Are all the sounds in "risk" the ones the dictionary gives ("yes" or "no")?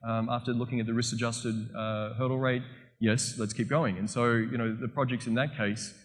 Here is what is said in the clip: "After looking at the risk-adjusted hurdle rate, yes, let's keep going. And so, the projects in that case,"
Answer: no